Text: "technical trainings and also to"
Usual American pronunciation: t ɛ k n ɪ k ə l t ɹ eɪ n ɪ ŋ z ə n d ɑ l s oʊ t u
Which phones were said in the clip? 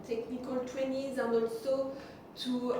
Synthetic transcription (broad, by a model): t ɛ k n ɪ k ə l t w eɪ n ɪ z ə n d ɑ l s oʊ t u